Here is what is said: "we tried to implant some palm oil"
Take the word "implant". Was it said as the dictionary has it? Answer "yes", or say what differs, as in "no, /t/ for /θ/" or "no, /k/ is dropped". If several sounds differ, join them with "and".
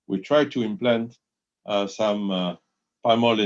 yes